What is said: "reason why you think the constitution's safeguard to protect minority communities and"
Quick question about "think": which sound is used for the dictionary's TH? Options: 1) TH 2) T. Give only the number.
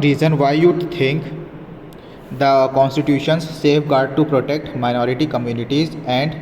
2